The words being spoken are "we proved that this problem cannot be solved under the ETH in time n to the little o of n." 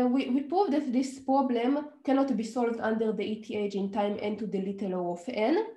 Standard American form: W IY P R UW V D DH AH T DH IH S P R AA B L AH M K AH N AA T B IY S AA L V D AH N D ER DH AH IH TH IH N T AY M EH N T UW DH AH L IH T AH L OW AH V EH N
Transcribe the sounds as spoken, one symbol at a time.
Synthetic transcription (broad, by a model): W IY P R UW V D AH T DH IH S P R AA B L AH M K AH N AA T B IY S AA L V D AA N D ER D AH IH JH IH N T AY M EH N T UW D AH L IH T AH L OW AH F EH N